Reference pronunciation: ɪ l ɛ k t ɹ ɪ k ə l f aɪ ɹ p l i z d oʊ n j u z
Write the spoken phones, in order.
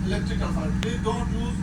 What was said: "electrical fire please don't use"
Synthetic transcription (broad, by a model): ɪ l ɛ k t ɹ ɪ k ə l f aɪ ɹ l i d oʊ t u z